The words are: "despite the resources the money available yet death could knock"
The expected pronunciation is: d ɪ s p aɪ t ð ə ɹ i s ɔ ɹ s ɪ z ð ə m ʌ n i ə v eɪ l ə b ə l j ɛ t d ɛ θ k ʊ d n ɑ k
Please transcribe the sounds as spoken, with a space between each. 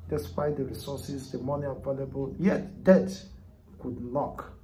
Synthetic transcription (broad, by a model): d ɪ s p aɪ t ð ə ɹ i s ɔ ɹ s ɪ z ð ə m ʌ n i ə v eɪ l ə b ə l j ɛ t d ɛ t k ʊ d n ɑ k